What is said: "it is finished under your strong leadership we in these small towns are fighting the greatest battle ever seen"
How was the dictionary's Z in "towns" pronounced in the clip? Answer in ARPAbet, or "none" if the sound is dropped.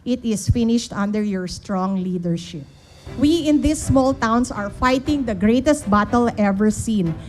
S